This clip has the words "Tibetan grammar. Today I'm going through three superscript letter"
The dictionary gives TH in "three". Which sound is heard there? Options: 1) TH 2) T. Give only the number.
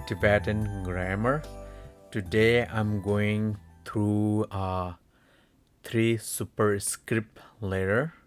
2